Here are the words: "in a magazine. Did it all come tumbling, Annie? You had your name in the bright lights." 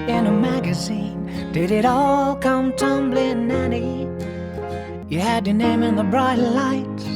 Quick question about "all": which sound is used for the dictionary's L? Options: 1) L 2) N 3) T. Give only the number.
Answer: 1